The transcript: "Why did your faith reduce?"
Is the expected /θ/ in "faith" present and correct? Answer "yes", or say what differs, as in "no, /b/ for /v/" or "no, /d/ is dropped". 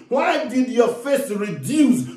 no, /s/ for /θ/